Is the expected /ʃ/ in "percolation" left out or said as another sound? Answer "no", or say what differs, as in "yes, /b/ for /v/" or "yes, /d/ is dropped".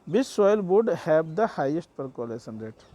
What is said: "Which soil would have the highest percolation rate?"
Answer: yes, /s/ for /ʃ/